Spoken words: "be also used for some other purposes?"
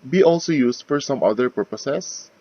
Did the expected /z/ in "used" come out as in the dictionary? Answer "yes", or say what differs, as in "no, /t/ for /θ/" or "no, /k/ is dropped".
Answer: no, /s/ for /z/